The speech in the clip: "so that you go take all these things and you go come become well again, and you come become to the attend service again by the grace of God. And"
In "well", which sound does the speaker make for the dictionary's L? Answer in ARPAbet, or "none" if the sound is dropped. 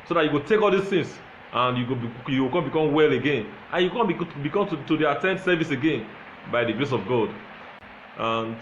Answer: L